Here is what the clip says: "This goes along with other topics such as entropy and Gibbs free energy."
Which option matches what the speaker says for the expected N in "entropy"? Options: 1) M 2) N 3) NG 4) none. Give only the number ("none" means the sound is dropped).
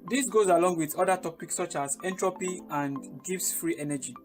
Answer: 2